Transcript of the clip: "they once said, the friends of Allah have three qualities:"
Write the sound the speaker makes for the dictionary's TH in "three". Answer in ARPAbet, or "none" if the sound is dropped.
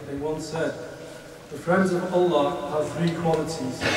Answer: TH